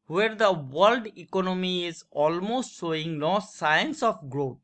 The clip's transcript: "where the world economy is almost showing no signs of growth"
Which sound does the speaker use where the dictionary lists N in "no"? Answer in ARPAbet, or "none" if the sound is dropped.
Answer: L